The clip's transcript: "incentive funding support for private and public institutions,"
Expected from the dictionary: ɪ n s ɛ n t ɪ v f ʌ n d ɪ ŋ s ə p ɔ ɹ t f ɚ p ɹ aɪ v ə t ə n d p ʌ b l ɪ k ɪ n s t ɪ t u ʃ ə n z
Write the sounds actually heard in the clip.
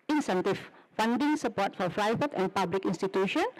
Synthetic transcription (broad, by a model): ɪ n s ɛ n t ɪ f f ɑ n d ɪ ŋ s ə p ɔ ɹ t f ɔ f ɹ aɪ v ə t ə n p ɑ b l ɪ k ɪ n s t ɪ t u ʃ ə n